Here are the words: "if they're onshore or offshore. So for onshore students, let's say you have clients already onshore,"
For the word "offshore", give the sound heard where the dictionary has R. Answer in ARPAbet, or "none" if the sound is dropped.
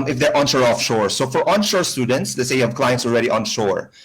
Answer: R